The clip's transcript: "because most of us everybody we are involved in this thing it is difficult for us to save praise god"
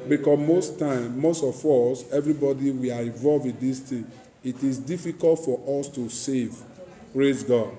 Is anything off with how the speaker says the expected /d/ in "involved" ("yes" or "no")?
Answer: yes